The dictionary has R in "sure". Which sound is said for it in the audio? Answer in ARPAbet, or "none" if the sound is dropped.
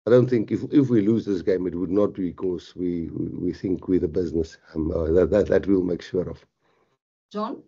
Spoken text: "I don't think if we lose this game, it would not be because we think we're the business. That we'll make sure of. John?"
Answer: R